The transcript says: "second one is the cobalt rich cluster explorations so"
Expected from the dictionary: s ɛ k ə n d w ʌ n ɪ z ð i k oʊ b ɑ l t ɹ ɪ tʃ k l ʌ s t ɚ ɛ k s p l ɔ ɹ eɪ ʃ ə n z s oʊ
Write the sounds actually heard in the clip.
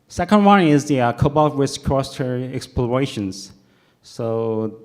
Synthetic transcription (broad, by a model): s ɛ k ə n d w ʌ n ɪ z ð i k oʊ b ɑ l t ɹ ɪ s k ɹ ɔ s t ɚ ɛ k s p l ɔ ɹ eɪ ʃ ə n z s oʊ